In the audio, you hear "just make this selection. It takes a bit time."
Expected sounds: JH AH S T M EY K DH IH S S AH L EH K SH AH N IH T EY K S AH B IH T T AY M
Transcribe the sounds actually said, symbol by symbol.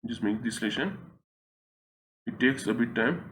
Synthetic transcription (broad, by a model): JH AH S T M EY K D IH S S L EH SH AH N IH T EY K S AH B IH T T AY M